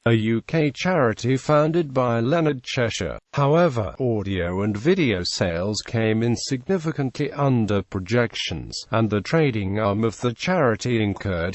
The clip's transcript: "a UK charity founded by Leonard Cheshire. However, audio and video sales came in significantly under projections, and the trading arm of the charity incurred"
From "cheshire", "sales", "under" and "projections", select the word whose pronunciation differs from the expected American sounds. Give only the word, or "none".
none